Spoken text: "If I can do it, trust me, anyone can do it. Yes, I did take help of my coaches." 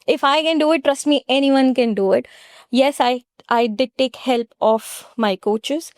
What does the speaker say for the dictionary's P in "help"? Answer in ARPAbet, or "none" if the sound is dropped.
P